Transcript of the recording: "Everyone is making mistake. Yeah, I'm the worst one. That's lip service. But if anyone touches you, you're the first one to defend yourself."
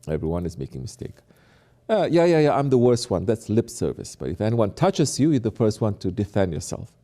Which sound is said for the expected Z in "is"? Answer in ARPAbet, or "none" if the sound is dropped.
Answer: Z